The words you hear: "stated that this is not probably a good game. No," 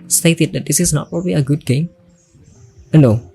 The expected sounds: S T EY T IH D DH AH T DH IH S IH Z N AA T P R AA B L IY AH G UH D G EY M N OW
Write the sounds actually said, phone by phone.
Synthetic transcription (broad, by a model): S T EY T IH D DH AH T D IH S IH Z N AA T P R AA B L IY AH G UH D G EY M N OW